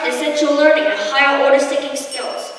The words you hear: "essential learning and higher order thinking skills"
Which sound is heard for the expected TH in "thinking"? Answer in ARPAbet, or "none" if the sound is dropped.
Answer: T